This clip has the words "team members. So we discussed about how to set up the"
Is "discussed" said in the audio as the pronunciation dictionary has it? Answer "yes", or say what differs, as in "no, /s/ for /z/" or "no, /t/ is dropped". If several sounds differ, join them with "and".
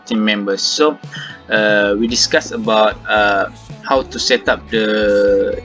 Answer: no, /t/ is dropped